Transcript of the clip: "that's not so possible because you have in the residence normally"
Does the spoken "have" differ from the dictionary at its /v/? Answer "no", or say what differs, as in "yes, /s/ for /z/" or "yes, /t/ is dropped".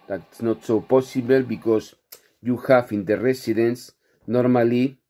yes, /f/ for /v/